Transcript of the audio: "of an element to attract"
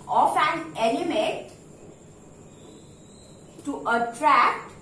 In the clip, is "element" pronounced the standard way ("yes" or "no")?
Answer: no